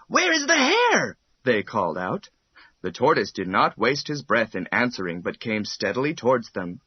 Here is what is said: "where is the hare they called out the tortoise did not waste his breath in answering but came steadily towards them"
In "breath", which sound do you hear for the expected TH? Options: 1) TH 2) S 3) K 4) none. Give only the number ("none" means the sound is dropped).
1